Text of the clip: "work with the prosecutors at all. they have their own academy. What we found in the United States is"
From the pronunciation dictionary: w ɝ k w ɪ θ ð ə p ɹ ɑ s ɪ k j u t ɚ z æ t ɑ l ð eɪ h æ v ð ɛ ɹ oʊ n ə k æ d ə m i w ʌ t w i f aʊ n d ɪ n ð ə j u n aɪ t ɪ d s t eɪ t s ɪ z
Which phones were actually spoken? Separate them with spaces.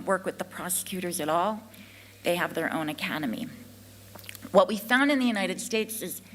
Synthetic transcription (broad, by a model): w ɝ k w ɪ ð ə p ɹ ɑ s ɪ k j u t ɚ z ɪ t ɑ l ð eɪ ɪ v ð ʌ ɹ oʊ n ə k æ d ə m i w ʌ t w i f aʊ n d ɪ n ð ə j u n aɪ t ɪ d s t eɪ t s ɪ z